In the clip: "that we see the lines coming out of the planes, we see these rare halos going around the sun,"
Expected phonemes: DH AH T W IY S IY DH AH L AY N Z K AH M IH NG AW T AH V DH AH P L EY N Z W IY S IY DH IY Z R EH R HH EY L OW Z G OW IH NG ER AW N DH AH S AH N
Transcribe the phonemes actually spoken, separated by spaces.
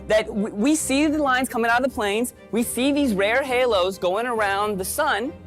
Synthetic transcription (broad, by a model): DH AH T W IY S IY DH AH L AY N Z K AH M IH NG AW T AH DH AH P L EY N Z W IY S IY DH IY Z R EH R HH EY L OW Z G OW IH NG ER AW N DH AH S AH N